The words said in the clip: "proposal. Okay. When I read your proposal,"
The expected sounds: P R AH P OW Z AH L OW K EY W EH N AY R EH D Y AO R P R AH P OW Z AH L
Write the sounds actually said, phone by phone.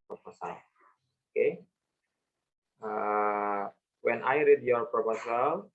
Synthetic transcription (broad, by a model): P R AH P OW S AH L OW K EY W EH N AY R EH D Y AO R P R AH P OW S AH L